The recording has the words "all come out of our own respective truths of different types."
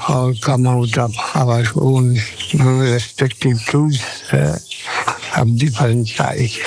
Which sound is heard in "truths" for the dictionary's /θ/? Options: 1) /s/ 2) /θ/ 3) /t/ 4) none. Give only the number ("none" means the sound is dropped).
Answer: 1